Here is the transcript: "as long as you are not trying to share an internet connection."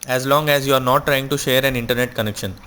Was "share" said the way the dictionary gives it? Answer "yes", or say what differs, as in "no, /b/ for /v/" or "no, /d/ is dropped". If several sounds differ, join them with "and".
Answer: yes